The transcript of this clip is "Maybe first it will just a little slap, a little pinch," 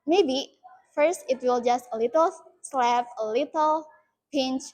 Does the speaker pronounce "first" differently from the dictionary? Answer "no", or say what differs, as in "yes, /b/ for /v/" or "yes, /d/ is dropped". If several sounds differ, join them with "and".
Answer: no